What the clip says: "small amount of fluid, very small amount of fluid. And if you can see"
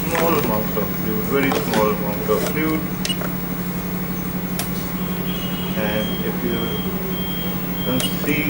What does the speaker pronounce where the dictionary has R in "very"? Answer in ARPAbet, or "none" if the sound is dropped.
R